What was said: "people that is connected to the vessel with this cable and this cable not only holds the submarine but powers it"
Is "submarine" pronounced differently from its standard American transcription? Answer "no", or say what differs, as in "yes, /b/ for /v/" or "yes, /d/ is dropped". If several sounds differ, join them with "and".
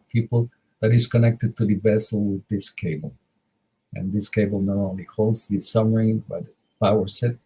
yes, /b/ is dropped